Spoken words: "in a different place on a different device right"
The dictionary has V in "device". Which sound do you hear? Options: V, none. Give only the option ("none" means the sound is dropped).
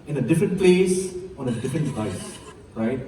none